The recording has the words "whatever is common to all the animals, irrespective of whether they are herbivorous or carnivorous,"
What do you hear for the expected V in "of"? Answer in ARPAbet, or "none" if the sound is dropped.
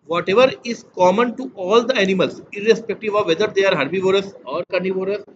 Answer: V